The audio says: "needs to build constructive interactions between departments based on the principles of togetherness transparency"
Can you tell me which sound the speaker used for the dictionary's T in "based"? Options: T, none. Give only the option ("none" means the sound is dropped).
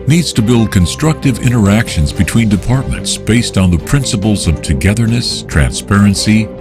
T